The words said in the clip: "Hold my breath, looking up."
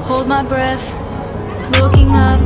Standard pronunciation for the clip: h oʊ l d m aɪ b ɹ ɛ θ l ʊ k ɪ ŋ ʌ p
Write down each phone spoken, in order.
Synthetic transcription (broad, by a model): h oʊ l d m aɪ b ɹ ɛ θ w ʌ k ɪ ŋ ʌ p